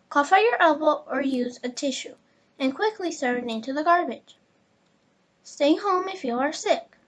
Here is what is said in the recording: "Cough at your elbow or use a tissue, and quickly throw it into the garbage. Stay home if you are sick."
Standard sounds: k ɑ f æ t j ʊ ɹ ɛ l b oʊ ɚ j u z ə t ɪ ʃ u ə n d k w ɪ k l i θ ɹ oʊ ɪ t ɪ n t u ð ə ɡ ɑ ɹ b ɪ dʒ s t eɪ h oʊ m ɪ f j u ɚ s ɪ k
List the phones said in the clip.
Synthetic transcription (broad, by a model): k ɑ f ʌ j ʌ ɹ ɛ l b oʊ ɚ j u z ə t ɪ ʃ u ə n k w ɪ k l i s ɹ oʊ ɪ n ɪ n t u ð ə ɡ ɑ ɹ b ɪ dʒ s t eɪ h oʊ m ɪ f j u ɚ s ɪ k